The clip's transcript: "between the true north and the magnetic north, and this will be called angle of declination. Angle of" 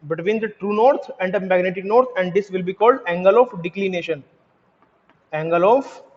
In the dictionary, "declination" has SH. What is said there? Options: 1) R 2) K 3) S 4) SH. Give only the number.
4